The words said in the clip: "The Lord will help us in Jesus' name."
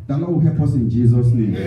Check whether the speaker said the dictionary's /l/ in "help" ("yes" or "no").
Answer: no